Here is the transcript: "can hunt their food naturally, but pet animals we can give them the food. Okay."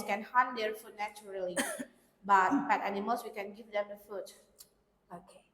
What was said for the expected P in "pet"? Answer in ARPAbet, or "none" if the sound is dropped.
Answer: B